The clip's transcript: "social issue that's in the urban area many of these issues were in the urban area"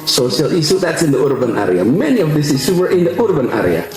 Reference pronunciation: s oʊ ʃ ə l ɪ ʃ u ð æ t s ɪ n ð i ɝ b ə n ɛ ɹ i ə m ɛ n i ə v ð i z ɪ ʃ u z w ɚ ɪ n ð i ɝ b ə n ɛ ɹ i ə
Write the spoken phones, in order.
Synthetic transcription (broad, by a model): s oʊ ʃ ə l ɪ s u ð æ t s ɪ n ð i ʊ b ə n ɛ ɹ i ə m ɛ n i ə v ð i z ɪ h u w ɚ ɪ n ð i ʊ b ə n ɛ ɹ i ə